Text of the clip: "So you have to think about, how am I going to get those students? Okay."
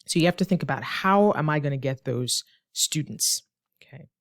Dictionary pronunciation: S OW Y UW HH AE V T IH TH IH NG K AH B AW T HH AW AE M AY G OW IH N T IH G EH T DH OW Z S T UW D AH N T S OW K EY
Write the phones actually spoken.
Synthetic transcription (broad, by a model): S OW Y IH HH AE F T IH TH IH NG K AH B AW T HH AW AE M AY G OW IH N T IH G EH T DH OW Z S T UW D N T S OW K EY